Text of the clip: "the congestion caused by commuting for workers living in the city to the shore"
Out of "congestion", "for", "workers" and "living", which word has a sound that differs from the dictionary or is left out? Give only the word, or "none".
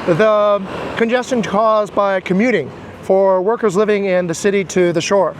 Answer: none